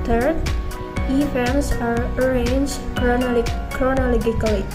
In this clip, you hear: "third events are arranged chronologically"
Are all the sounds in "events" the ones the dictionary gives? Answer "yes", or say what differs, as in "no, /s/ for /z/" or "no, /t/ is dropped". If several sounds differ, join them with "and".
no, /f/ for /v/